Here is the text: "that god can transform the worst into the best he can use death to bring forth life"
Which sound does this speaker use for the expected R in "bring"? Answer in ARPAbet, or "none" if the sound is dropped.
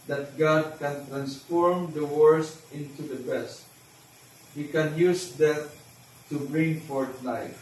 R